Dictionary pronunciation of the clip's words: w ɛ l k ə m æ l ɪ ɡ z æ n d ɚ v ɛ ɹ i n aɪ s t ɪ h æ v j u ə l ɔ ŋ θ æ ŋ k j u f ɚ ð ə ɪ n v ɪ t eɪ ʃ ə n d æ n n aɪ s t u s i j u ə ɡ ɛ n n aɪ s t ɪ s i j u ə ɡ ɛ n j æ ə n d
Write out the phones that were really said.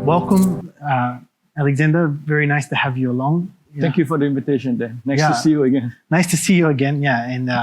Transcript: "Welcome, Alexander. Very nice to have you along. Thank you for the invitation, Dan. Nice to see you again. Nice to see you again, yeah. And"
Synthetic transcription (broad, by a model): w ɛ l k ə m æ l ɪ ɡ z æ n d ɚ v ɛ ɹ i n aɪ s t ɪ h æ v j u ə l ɔ ŋ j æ k j u f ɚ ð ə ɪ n v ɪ t eɪ ʃ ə n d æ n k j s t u s i j u ə ɡ ɛ n n aɪ s t ɪ s i j u ə ɡ ɛ n j æ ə n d